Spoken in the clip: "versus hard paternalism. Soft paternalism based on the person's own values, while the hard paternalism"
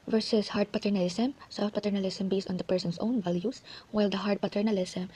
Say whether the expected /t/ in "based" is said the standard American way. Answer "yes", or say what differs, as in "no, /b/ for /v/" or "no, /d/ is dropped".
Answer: no, /t/ is dropped